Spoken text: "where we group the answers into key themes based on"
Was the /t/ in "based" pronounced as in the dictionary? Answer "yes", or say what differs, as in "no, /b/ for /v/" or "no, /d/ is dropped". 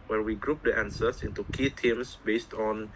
yes